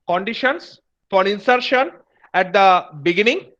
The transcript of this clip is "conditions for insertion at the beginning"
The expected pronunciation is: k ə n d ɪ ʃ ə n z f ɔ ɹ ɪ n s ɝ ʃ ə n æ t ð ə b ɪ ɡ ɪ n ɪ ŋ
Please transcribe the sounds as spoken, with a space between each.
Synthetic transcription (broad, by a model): k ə n d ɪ ʃ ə n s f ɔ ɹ ɪ n s ɝ ʃ ə n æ t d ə b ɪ ɡ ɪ n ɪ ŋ